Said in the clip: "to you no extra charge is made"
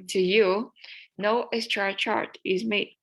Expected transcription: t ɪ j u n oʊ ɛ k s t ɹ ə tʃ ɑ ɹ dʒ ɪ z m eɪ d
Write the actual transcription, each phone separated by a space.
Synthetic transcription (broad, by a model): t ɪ j u n oʊ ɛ s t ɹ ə tʃ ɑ ɹ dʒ ɪ z m eɪ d